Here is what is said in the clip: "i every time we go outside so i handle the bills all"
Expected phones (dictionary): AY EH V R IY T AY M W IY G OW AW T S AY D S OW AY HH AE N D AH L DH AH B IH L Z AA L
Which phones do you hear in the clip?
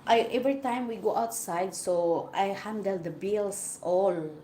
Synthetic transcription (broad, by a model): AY EH V R IY T AY M W IY G OW AW T S AY D S OW AY HH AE N D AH L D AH B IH L S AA L